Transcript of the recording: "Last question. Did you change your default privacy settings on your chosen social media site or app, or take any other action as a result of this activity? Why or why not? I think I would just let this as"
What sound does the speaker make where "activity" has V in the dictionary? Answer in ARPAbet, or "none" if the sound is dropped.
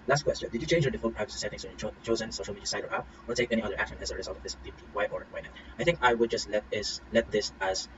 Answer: W